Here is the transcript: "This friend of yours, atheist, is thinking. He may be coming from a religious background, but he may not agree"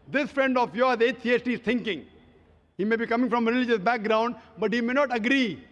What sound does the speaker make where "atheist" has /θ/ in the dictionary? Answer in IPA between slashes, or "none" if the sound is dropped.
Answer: /s/